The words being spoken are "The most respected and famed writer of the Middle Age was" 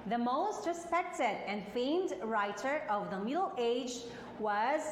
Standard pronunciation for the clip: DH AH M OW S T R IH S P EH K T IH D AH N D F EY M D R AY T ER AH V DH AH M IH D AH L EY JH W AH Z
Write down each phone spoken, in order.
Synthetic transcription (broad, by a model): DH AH M OW S T R IH S P EH K T IH D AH N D F EY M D R AY T ER AH V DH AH M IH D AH L EY JH W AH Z